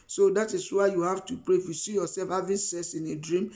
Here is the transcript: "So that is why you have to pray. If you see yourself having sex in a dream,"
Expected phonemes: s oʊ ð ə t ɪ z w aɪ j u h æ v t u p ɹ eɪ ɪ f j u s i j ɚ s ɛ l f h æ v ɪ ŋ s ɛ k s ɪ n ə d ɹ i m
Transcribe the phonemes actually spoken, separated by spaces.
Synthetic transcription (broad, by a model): s oʊ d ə t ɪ s w aɪ j u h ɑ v t u p ɹ eɪ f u s i j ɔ s ɛ l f h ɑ v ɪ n s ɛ s ɪ n ə d ɹ i m